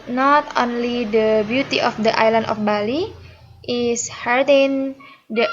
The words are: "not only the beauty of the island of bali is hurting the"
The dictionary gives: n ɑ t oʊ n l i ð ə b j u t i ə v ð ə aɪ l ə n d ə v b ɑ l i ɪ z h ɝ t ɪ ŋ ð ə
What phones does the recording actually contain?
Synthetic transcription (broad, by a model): n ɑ t oʊ n l i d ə b j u t i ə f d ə aɪ l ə n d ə f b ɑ l i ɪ s h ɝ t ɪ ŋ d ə